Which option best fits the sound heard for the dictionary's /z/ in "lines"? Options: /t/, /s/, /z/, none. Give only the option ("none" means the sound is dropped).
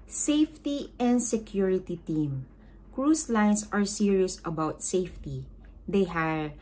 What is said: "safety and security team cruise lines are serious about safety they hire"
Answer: /s/